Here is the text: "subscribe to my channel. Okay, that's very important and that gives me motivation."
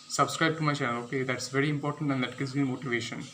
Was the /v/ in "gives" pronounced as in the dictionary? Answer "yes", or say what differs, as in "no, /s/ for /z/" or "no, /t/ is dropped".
no, /v/ is dropped